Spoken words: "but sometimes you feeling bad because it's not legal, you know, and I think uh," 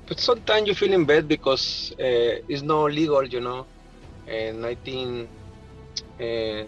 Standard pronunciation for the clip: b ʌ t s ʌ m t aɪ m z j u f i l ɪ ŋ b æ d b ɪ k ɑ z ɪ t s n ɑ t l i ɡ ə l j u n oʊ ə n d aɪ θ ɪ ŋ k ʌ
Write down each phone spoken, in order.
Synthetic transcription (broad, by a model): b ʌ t s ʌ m t aɪ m s j u f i l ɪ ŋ b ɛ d b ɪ k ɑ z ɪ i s n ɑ l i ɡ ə l j u n oʊ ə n aɪ t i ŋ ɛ